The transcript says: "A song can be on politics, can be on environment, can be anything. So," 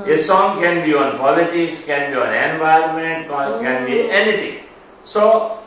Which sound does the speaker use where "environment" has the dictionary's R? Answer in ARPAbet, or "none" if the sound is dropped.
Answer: none